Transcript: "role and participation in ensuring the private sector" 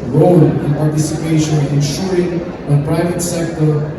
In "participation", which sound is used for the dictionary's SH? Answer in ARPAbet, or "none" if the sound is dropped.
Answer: none